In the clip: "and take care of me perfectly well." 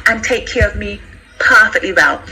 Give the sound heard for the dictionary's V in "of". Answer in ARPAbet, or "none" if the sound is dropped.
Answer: V